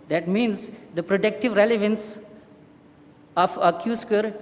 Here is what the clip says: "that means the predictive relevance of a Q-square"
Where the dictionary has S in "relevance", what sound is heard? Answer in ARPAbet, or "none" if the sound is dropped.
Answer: S